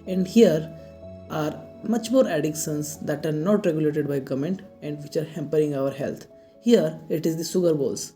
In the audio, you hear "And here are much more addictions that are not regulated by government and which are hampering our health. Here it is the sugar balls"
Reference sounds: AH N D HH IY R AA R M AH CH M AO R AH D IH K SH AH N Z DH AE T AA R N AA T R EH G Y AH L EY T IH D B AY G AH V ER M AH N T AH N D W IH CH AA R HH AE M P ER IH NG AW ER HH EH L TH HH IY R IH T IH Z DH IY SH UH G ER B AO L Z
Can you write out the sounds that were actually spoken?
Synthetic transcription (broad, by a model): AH N D HH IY R AA R M AH CH M AO R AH D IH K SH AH N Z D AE T AA R N AA T R EH G Y AH L EY T IH D B AY G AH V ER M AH N T AH N D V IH CH AA R HH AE M P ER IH NG AW ER HH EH L T HH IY R IH T IH Z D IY S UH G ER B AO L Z